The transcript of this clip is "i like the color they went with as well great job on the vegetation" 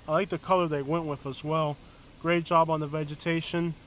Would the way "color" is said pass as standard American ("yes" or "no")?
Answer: yes